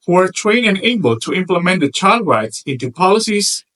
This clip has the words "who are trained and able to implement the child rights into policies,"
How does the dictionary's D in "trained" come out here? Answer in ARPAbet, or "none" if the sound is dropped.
none